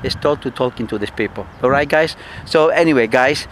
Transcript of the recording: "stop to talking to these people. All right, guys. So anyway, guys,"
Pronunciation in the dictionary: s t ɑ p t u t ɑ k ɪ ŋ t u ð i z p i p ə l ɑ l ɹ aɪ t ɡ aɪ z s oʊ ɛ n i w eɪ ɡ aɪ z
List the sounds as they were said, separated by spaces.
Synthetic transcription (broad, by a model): s t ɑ t u t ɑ k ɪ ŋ t u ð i s p i p ə l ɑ ɹ aɪ t ɡ aɪ s oʊ ɛ n i w eɪ ɡ aɪ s